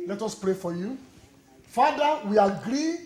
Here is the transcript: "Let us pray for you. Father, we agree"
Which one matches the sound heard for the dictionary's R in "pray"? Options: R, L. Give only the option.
R